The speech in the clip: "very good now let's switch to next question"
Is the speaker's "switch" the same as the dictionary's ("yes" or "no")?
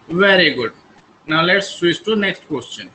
no